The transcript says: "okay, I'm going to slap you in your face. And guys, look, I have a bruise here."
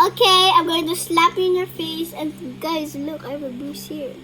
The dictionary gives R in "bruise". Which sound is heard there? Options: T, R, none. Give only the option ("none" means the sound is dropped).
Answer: none